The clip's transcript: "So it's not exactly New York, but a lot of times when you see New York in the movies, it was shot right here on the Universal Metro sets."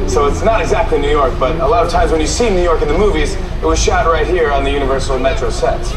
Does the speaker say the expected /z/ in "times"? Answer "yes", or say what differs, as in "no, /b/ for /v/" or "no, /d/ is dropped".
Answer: yes